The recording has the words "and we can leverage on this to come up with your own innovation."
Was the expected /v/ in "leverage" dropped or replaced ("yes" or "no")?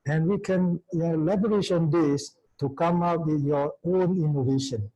yes